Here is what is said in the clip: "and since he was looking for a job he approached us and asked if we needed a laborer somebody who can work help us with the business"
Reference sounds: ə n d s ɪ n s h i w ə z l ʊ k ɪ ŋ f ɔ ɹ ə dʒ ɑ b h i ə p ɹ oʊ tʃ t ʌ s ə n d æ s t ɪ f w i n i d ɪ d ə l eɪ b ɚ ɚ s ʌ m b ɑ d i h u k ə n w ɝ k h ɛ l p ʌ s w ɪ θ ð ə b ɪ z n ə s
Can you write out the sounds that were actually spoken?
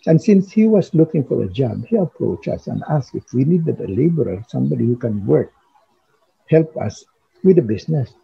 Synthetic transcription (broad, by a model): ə n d s ɪ n s h i w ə s l ʊ k ɪ ŋ f ɔ ɹ ə dʒ ɑ b h i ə p ɹ oʊ tʃ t ʌ s ə n d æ s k ɪ f w i n i d ɪ d ə l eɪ b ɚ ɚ s ʌ m b ɑ d i h u k ə n w ɝ k h ɛ l p ʌ s w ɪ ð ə b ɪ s n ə s